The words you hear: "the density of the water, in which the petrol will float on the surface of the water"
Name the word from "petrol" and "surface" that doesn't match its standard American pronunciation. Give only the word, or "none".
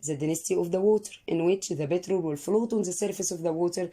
petrol